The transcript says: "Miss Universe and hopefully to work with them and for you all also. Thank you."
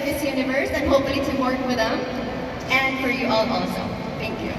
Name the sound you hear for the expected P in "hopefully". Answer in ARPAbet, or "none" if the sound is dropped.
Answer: none